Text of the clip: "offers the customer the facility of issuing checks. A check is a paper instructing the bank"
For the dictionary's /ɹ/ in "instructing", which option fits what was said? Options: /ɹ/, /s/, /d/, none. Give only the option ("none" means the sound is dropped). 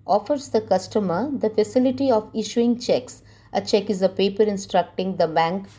/ɹ/